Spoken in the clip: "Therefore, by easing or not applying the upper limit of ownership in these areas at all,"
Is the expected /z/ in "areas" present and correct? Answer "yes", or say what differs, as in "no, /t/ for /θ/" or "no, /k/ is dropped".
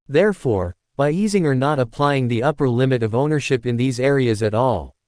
yes